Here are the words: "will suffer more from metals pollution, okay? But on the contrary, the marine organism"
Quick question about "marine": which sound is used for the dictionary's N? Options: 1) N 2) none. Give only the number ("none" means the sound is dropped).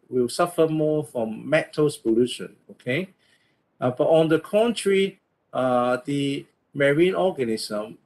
1